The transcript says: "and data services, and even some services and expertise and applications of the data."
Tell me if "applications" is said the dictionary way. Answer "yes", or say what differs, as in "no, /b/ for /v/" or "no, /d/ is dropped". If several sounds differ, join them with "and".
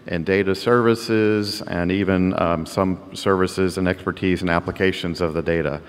yes